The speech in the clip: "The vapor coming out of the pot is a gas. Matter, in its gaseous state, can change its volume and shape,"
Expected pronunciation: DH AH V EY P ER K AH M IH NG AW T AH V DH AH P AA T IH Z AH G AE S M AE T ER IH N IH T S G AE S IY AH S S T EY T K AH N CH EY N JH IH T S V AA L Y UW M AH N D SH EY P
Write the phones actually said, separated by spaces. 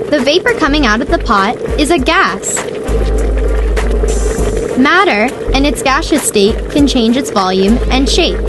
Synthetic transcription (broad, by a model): DH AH V EY P ER K AH M IH NG AW T AH V DH AH P AA T IH Z AH G AE S M AE T ER IH N IH T S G AE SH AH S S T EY K AH N CH EY N JH IH T S V AA L Y UW M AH N SH EY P